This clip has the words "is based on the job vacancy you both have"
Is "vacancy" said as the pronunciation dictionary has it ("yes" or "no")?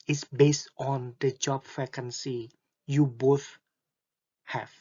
no